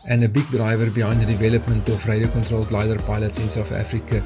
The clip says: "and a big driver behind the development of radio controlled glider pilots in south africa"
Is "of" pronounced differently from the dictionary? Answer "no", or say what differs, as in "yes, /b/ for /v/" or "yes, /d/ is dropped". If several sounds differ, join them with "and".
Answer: yes, /f/ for /v/